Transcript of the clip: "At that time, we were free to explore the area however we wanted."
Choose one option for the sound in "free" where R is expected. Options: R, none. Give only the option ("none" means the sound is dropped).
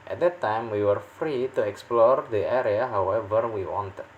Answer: R